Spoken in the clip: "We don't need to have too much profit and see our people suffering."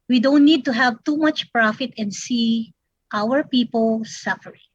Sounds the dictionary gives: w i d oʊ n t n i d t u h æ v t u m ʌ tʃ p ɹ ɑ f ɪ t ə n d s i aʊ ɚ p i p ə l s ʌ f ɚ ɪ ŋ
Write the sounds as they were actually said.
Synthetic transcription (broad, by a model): w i d oʊ n t n i d t u h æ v t u m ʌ tʃ p ɹ ɑ f ɪ t ə n d s i aʊ ɚ p i p ə l s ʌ f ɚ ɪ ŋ